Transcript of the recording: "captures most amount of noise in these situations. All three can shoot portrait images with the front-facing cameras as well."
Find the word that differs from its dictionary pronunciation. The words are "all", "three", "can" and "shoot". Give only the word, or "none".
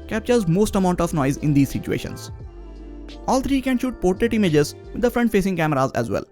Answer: three